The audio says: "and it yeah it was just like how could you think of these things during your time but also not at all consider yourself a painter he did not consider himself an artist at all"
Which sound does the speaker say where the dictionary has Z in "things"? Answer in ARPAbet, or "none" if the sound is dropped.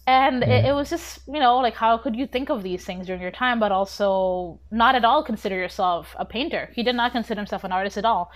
Z